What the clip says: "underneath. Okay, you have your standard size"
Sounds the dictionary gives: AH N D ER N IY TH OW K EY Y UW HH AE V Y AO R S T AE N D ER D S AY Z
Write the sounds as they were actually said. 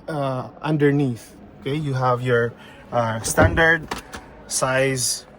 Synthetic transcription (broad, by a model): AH N D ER N IY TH OW K EY Y UW HH AE V Y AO R S T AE N D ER D S AY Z